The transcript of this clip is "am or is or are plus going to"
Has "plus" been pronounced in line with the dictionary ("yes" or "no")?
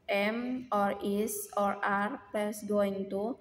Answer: no